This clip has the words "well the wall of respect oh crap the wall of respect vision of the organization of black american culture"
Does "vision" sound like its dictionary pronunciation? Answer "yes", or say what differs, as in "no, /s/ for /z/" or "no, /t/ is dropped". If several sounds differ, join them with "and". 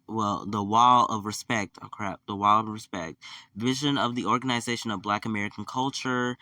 yes